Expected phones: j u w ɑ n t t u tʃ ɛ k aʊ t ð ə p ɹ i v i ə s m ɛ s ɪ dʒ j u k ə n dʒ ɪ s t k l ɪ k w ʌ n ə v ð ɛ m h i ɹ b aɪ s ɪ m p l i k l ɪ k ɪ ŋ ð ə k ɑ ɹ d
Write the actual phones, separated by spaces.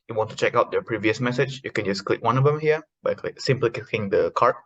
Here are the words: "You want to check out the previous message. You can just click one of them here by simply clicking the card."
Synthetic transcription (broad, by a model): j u w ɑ n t t u tʃ ɛ k aʊ t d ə p ɹ i v i ə s m ɛ s ɪ dʒ j u k ə n dʒ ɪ s k l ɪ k w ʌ n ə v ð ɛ m h i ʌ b aɪ s ɪ m p l i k ɪ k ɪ ŋ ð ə k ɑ ɹ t